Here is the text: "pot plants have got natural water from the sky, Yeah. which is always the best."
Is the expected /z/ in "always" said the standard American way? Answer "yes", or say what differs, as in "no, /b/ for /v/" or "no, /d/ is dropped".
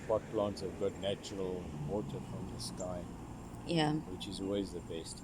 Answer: yes